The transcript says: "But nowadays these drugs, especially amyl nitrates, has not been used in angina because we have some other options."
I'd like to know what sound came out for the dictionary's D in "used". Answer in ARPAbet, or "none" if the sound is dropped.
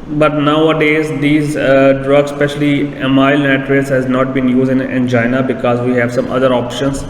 none